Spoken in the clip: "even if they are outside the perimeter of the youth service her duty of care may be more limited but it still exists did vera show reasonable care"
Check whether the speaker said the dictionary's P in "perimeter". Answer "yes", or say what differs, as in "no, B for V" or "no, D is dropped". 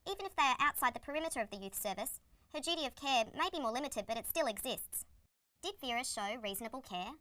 yes